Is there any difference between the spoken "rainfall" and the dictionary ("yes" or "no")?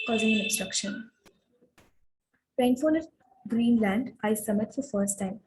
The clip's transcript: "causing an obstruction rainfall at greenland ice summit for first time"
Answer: yes